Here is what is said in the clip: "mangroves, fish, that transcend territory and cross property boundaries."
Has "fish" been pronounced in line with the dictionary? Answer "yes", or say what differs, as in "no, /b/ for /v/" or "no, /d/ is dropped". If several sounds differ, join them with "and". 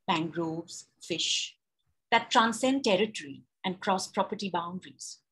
yes